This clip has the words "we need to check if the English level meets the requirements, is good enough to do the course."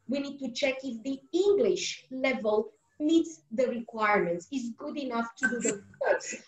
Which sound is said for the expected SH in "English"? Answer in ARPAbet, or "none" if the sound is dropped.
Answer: SH